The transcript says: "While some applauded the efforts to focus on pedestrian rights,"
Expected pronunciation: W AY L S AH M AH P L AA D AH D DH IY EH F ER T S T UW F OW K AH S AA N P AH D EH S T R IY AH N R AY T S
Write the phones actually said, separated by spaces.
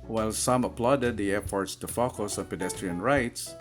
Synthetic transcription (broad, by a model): W AY L S AH M AH P L AA D AH D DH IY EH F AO T S T UW F OW K AH S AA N P AH D EH S T R IY AH N R AY T S